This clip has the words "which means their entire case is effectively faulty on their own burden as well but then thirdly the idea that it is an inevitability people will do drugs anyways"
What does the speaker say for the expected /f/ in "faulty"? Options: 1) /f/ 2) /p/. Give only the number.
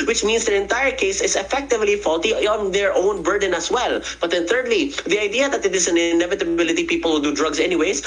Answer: 1